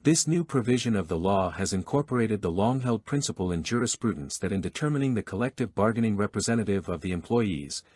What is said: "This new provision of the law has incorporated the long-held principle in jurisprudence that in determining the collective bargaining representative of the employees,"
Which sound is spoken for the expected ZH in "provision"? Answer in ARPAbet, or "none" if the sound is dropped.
ZH